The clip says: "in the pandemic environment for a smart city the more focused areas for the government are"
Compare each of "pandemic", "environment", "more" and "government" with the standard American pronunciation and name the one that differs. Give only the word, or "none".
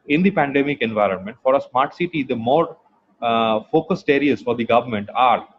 none